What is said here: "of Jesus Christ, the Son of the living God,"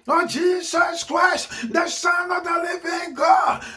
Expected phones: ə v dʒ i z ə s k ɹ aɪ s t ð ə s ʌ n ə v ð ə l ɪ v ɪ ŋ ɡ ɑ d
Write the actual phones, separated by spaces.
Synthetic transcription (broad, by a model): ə dʒ i z ə s k ɹ aɪ s t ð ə s ʌ n ə v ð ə l ɪ v ɪ ŋ ɡ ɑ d